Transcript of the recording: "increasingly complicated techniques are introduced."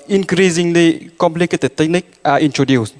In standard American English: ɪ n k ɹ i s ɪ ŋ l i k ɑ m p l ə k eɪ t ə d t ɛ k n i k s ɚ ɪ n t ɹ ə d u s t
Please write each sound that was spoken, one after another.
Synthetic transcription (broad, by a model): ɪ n k ɹ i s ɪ ŋ l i k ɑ m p l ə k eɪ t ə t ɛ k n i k ɚ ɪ n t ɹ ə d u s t